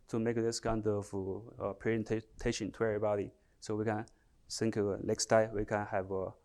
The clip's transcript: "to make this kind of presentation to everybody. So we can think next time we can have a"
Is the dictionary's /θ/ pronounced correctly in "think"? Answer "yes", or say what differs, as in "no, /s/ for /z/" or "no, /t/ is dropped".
no, /s/ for /θ/